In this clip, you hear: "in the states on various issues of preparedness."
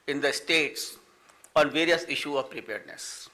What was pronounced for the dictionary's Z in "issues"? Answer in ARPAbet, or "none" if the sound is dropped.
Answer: none